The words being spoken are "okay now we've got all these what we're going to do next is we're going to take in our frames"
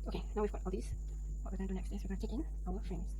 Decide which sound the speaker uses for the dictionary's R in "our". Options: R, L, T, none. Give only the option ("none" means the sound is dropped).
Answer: L